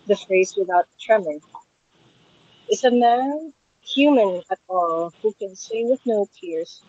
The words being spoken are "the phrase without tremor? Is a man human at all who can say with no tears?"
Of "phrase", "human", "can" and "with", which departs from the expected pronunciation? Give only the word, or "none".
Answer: none